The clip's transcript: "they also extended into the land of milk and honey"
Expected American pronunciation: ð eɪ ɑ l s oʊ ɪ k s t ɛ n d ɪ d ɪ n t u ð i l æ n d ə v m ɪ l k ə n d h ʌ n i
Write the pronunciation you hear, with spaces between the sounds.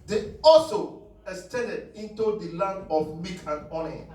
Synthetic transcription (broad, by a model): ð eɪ ɑ l s oʊ ɪ k s t ɛ n d ɪ d ɪ n t u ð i l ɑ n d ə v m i k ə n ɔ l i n